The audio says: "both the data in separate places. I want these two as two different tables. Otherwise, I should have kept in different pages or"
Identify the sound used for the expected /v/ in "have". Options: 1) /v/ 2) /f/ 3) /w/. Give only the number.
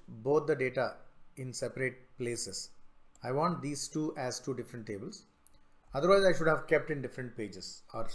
1